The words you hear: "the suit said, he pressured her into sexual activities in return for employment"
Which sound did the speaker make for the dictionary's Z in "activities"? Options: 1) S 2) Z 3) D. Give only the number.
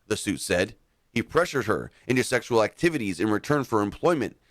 2